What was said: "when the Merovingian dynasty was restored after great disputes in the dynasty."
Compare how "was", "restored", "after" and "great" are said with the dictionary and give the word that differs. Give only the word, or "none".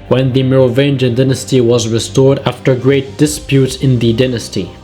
none